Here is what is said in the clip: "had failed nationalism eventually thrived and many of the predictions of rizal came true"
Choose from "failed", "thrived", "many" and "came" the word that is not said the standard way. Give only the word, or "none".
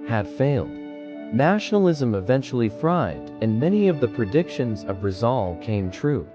thrived